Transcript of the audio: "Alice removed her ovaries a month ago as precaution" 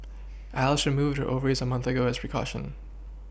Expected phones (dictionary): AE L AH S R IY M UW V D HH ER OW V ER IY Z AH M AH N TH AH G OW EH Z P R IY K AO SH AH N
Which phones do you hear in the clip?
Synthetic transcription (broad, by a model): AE L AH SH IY M UW V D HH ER OW V ER IY Z AH M AH N TH AH G OW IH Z P R IY K AO SH AH N